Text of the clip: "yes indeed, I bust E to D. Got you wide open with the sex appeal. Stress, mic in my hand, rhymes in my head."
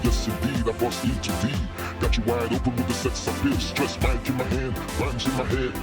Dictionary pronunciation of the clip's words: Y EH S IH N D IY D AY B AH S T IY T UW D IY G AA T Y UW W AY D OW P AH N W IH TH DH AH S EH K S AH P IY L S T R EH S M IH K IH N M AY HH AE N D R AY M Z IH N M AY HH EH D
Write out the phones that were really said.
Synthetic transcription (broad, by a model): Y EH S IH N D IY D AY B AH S IY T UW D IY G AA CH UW W AY D OW P AH N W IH DH AH S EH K S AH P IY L S T R EH S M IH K IH N M AY HH AE N D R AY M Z IH N M AY HH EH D